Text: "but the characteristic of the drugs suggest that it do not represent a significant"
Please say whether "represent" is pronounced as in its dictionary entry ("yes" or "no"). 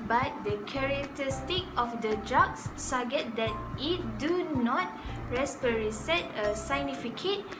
no